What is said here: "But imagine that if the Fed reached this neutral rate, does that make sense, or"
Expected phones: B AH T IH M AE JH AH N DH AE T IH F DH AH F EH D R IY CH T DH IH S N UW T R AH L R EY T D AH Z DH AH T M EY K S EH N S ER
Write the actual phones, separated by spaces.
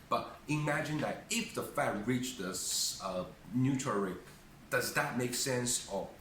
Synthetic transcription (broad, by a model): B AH T IH M AE JH AH N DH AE T IH F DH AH F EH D R IY CH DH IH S N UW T AH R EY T D AH Z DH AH T M EY K S EH N S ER